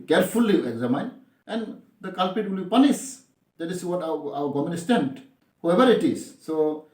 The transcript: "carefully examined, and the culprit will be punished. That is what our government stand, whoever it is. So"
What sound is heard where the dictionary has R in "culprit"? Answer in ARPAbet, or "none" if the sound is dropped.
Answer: none